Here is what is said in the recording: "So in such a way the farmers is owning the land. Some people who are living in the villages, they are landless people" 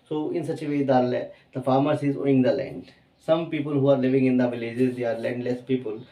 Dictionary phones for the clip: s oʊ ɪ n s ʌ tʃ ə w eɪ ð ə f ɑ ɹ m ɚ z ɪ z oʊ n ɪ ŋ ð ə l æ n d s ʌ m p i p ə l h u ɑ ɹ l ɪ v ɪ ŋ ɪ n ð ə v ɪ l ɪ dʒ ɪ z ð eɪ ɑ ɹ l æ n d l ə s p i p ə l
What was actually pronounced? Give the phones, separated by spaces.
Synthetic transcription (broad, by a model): s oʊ ɪ n s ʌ tʃ ə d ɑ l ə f ɑ ɹ m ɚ s ɪ z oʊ ɪ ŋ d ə l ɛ n d s ʌ m p i p ə l h u ɑ ɹ l ɪ v ɪ ŋ ɪ n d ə v ɪ l ɪ dʒ ɪ z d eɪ ɑ ɹ l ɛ n d l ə s p i p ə l